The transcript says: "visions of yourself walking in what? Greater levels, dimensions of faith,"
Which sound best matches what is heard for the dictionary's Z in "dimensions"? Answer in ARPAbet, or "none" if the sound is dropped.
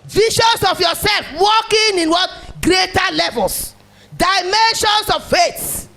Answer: S